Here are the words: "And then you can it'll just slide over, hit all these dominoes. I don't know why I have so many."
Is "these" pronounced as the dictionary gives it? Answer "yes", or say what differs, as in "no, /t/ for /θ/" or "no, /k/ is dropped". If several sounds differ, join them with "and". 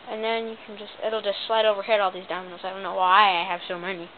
yes